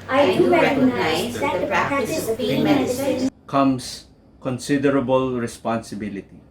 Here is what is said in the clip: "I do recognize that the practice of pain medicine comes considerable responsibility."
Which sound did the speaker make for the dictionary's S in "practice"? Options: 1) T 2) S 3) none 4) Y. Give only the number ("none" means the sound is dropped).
3